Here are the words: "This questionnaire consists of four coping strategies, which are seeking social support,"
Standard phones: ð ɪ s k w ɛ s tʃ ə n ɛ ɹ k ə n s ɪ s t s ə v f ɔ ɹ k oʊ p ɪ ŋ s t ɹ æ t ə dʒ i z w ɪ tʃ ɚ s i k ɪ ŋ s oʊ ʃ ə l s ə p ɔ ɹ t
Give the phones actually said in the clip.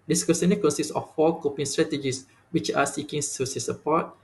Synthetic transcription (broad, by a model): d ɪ s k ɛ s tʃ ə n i k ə n s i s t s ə f ɔ k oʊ p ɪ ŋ s t ɹ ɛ t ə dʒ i s w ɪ tʃ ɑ s i k ɪ ŋ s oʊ s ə s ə p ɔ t